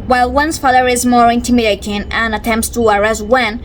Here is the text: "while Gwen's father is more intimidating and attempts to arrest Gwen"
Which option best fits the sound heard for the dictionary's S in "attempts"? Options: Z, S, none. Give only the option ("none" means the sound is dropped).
S